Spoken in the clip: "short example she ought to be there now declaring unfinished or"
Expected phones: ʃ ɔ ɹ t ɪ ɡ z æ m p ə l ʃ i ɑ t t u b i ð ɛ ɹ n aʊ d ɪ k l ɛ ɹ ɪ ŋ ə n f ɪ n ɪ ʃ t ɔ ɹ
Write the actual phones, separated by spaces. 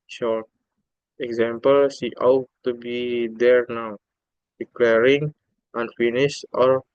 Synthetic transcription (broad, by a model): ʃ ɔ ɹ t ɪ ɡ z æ m p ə l s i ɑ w t u b i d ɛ ɹ n aʊ d ɪ k l ɛ ɹ ɪ ŋ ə n f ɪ n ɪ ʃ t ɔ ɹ